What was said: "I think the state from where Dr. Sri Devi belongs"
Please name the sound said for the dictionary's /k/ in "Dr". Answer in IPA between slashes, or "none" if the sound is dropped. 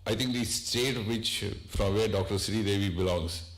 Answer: /k/